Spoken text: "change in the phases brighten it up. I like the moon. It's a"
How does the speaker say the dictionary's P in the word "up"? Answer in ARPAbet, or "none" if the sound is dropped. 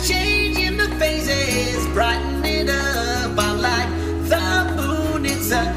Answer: B